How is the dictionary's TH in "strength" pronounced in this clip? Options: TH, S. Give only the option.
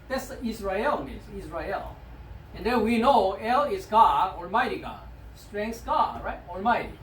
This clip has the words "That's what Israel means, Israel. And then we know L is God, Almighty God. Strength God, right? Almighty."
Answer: S